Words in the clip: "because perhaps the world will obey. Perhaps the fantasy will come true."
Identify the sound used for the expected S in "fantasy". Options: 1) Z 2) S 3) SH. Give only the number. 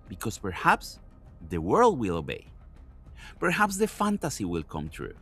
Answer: 2